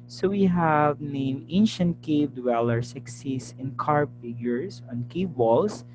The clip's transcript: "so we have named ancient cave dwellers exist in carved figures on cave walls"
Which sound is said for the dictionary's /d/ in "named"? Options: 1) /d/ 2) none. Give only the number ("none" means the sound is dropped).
2